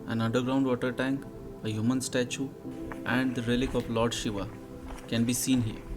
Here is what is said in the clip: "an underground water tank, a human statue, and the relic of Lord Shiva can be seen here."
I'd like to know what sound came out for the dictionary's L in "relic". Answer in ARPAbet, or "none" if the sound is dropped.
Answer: L